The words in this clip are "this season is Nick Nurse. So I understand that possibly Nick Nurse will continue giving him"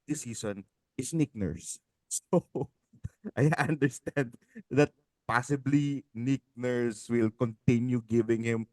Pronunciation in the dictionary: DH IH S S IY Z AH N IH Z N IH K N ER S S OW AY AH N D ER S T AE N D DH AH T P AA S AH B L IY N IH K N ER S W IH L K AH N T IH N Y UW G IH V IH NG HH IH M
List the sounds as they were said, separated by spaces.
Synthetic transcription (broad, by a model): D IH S S IY S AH N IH S N IH K N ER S S OW AY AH N D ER S T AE N D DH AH T P AA S AH B L IY N IH K N ER S W IH L K AH N T IH N Y UW G IH V IH NG HH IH M